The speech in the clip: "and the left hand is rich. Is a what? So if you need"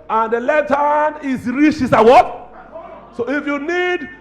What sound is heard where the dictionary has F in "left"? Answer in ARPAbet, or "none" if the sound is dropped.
none